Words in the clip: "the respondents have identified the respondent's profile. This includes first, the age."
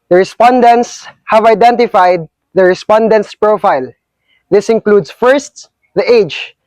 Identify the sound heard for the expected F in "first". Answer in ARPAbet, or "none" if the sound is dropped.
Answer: F